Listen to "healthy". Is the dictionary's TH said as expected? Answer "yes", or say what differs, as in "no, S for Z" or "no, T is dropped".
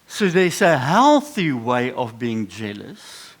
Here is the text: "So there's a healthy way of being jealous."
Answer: yes